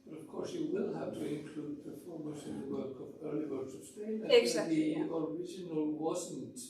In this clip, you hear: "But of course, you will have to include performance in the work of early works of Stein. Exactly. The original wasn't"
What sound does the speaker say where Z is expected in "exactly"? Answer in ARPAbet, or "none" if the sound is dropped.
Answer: S